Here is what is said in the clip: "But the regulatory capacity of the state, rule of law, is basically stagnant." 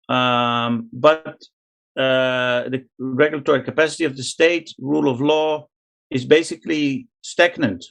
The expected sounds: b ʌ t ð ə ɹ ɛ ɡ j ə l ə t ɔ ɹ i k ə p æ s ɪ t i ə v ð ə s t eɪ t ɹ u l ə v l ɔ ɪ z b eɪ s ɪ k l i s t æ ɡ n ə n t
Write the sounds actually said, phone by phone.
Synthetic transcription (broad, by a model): b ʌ t ð ə ɹ ɛ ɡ j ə l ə t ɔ ɹ i k ə p æ s ɪ t i ə v ð ə s t eɪ t ɹ u l ə v l ɔ ɪ z b eɪ s ɪ k l i s t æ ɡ n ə n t